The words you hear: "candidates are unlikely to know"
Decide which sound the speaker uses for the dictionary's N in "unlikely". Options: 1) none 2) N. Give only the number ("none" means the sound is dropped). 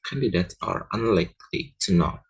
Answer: 2